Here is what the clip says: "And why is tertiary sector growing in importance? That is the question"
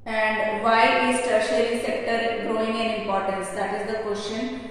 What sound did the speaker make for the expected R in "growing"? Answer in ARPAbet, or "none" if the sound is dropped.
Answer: R